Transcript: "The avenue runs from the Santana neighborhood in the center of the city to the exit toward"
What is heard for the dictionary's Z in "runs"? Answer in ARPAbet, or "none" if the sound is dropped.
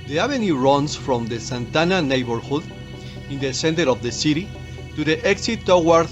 S